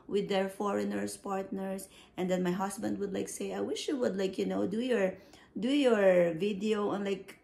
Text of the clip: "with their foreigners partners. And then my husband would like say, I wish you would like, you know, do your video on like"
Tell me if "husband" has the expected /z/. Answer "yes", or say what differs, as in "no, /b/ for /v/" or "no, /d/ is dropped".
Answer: no, /s/ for /z/